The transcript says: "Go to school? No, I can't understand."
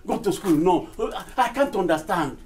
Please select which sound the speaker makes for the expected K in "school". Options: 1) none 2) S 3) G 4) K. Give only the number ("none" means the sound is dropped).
4